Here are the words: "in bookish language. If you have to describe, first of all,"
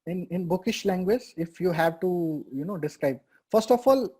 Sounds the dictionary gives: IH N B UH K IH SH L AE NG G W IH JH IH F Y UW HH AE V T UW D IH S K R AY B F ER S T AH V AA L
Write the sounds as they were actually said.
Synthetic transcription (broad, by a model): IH N B UH K IH SH L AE NG G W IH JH IH F Y UW HH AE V T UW D IH S K R AY B F ER S T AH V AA L